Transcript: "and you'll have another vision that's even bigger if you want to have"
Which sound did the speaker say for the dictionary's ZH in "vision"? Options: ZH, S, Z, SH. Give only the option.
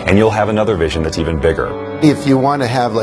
ZH